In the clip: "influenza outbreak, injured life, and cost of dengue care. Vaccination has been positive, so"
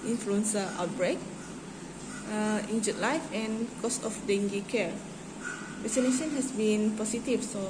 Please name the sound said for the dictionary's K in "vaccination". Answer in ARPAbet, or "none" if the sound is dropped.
none